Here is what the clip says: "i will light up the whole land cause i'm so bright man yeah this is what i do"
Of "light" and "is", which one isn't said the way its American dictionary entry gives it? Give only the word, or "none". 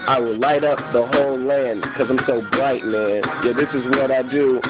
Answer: none